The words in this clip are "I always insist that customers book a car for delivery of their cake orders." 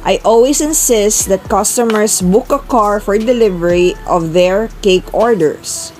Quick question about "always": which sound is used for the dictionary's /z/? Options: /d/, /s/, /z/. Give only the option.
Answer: /s/